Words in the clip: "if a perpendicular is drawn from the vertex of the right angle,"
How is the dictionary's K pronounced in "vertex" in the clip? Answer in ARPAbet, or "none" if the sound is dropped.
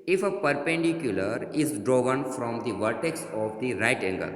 K